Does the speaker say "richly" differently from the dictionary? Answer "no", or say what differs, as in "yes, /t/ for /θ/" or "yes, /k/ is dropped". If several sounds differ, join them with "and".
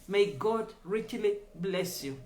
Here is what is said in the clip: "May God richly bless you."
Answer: no